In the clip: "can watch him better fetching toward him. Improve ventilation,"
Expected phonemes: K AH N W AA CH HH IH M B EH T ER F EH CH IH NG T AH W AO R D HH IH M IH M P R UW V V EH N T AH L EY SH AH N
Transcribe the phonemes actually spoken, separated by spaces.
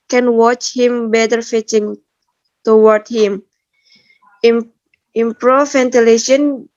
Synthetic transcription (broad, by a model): K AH N W AA CH HH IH M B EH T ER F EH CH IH NG T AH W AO R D HH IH M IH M P R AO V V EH N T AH L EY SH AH N